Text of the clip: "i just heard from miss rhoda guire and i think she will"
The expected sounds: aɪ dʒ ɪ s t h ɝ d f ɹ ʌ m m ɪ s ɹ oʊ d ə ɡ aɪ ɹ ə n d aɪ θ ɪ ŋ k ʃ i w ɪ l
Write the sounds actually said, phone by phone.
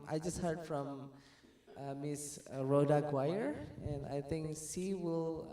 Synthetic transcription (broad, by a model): aɪ dʒ ɪ s t h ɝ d f ɹ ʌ m m ɪ s ɹ oʊ d ə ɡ aɪ ɹ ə n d aɪ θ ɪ ŋ k s i w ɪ l